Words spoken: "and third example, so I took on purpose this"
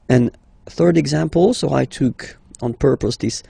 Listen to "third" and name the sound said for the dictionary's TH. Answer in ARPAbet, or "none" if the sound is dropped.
TH